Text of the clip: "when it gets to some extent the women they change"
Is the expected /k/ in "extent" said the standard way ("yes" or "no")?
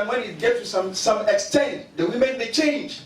yes